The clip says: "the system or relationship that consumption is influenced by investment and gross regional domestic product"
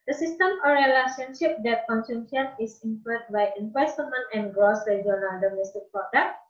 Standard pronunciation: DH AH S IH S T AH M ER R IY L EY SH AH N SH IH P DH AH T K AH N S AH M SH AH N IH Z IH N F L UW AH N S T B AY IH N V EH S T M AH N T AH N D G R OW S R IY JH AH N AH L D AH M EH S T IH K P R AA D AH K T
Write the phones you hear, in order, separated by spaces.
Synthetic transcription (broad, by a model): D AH S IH S T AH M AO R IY L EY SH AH N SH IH P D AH T K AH N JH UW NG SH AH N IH S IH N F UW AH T B AY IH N W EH S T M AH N AH N G R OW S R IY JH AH N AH L D AH M EH S T IH K P R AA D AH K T